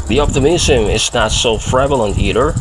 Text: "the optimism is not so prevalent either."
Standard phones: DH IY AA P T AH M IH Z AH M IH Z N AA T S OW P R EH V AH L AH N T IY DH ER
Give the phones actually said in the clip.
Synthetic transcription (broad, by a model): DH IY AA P T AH M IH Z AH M IH Z N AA T S OW F R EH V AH L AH N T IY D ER